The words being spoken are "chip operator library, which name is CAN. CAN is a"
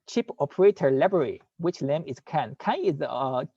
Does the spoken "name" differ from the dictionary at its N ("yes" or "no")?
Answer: yes